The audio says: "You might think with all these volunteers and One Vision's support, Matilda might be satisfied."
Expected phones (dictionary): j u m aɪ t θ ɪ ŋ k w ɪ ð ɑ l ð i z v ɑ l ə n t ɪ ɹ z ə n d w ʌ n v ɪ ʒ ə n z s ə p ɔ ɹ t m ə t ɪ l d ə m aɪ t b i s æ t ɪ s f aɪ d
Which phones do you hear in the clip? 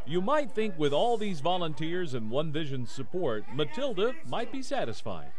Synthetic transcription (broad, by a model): j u m aɪ t θ ɪ ŋ k w ɪ ð ɑ l ð i z v ɑ l ə n t ɪ ɹ z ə n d w ʌ n v ɪ ʒ ə n z s ə p ɔ ɹ t m ə t ɪ l d ə m aɪ t b i s æ t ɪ s f aɪ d